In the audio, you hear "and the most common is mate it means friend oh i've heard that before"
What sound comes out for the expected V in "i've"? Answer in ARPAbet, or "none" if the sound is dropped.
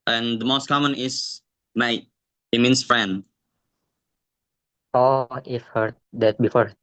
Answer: F